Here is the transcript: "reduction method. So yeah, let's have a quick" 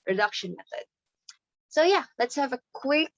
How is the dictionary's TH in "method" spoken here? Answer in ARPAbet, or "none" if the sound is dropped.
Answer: TH